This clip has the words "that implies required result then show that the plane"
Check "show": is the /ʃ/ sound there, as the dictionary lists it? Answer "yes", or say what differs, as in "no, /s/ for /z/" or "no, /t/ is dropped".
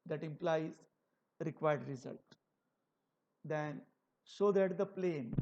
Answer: no, /s/ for /ʃ/